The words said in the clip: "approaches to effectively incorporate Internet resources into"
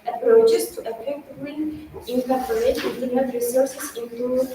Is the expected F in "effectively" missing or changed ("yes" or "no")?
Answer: yes